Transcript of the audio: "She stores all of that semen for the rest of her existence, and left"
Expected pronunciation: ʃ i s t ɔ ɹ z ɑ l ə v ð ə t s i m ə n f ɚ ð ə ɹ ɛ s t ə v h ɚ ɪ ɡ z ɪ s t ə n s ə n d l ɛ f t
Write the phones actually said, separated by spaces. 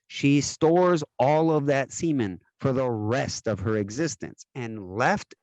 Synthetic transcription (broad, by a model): ʃ i s t ɔ ɹ z ɑ l ə v ð ə t s i m ə n f ɚ ð ə ɹ ɛ s t ə v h ɚ ɪ ɡ z ɪ s t ə n s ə n l ɛ f t